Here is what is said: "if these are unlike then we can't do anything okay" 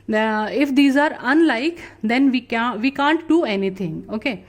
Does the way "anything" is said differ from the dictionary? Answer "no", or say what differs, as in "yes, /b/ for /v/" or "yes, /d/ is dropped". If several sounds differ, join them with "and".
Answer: yes, /t/ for /θ/